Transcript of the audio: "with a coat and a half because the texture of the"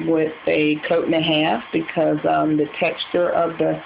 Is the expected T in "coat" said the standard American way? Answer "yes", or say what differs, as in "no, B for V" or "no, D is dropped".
no, T is dropped